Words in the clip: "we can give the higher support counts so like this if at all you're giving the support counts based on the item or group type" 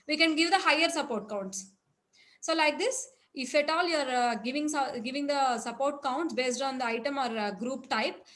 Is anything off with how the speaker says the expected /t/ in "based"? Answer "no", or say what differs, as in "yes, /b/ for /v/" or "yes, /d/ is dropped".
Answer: no